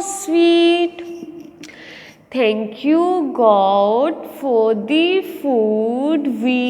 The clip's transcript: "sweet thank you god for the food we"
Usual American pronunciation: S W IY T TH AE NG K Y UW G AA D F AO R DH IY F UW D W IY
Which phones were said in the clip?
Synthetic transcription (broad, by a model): S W IY T T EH NG K Y UW G AA D F AO R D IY F UW D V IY